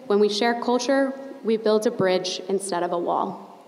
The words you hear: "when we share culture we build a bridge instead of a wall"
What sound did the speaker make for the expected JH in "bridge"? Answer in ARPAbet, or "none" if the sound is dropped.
JH